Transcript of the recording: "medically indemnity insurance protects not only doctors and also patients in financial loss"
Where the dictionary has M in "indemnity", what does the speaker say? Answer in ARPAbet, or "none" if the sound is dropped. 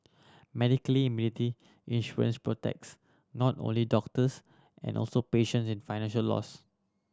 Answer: none